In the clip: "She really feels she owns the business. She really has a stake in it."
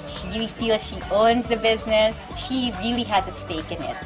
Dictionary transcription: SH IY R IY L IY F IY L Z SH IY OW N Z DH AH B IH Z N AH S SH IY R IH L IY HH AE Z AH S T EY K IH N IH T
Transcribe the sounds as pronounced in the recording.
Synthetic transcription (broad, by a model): SH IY R IY L IY F IY L Z SH IY OW N Z DH AH B IH Z N AH S SH IY R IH L IY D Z AH S T EY K IH N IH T